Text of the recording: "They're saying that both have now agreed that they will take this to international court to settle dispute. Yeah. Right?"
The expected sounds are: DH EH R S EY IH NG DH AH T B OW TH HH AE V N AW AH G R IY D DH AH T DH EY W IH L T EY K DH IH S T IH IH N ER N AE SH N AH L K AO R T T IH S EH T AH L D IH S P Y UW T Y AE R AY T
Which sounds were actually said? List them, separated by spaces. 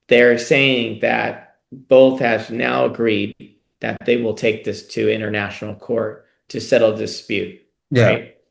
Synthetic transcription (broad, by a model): DH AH R S EY IH NG DH AH T B OW TH HH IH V N AW AH G R IY D DH AH T DH EY W IH L T EY K DH IH S T IH IH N ER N AE SH N L K AO R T T IH S EH T L D IH S P Y UW T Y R AY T